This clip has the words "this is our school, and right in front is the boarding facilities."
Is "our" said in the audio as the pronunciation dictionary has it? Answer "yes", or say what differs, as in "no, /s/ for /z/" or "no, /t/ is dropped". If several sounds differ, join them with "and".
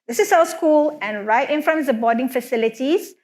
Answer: no, /l/ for /ɹ/